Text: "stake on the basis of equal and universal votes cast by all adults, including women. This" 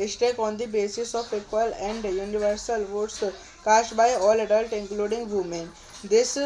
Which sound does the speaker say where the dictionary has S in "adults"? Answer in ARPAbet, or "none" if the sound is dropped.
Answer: none